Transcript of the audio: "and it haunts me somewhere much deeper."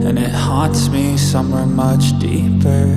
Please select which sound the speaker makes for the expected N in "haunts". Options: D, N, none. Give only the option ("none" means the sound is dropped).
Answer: none